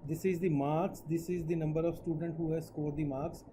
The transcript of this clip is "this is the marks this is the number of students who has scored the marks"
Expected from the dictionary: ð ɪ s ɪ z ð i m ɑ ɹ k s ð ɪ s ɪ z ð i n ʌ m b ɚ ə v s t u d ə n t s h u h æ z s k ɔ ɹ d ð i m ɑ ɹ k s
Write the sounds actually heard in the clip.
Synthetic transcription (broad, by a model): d ɪ s ɪ z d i m ɑ ɹ k s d ɪ s ɪ z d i n ʌ m b ɚ ə v s t u d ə n t h u h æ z s k ɔ ɹ d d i m ɑ ɹ k s